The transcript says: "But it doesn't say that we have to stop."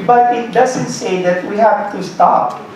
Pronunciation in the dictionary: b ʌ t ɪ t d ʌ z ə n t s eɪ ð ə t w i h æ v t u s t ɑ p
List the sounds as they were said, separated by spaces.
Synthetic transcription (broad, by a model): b ʌ t ɪ t d ʌ z ə n t s eɪ ð ə t w i h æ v t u s t ɑ p